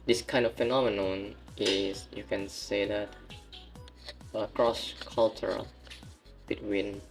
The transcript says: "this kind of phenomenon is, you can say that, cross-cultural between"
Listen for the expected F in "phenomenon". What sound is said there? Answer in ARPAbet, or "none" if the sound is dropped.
F